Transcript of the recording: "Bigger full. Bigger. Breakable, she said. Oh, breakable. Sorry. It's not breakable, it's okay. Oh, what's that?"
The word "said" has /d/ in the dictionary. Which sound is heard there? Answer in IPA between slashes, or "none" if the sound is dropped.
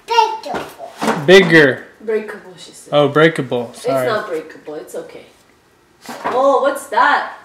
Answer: none